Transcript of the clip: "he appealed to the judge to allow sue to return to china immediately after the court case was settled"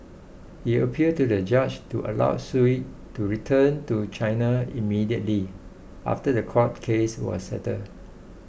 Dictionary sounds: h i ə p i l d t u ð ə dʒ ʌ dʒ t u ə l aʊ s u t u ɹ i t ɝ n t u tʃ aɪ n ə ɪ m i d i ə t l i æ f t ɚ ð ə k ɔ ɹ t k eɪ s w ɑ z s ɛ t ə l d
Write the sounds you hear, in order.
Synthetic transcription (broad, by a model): h i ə p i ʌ d t u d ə dʒ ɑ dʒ t u ə l aʊ s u t u ɹ i t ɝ n t u tʃ aɪ n ə ɪ m i d i ə t l i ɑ f t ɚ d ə k ɔ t k eɪ s w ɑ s s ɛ t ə d